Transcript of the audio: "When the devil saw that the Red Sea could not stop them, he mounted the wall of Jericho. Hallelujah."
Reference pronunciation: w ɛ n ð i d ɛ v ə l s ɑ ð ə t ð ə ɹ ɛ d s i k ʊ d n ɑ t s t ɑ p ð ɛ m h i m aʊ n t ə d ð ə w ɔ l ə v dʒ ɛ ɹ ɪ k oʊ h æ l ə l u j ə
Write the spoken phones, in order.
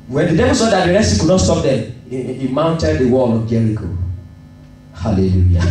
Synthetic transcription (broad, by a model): w ɛ n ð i d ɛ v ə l s ɑ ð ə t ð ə ɹ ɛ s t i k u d n ɑ t s t ɑ p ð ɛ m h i m aʊ n t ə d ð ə w ɔ l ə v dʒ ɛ l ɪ k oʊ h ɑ l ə l u j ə